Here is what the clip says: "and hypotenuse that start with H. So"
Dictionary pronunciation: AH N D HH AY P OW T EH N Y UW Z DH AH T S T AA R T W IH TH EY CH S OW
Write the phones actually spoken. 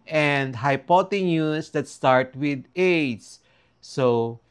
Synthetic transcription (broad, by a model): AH N D HH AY P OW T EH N Y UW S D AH T S T AA R T W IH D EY S S OW